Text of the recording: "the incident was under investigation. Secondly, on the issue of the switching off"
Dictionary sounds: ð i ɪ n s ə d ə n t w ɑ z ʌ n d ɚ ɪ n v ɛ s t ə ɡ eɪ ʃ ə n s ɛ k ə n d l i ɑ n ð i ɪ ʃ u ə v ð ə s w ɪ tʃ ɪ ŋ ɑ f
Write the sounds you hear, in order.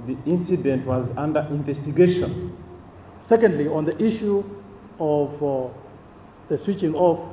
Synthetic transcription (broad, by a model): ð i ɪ n s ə d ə n t w ɑ z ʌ n d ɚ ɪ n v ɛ s t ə ɡ eɪ ʃ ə n s ɛ k ə n d l i ɑ n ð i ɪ ʃ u ə v ð ə s w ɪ tʃ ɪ ŋ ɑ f